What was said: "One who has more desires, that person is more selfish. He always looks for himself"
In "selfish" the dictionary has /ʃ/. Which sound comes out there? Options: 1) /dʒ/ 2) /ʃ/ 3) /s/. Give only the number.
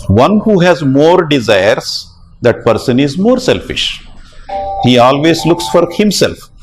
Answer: 2